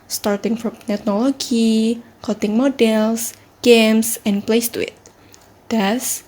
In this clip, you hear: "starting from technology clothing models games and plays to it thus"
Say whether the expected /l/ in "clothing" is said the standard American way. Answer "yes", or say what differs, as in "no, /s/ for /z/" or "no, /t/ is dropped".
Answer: no, /l/ is dropped